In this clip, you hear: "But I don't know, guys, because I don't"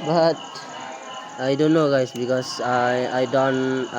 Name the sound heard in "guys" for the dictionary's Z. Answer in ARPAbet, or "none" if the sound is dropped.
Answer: S